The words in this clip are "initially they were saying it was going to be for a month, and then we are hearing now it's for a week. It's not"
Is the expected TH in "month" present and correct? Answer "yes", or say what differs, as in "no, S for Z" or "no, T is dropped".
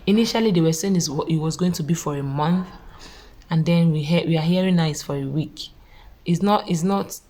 yes